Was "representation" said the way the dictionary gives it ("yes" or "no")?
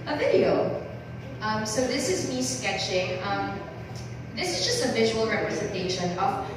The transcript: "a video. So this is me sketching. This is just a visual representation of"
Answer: yes